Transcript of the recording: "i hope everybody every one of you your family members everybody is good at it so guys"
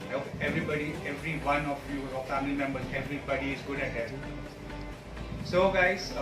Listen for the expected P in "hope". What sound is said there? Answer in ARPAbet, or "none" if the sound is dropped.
none